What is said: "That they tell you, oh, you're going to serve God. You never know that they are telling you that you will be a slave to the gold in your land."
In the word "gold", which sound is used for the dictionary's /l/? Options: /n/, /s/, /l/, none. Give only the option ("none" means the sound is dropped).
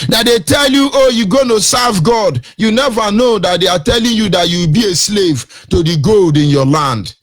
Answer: /l/